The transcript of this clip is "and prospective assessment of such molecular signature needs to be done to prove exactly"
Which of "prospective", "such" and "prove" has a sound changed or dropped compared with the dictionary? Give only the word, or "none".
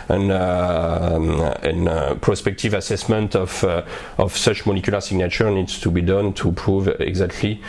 none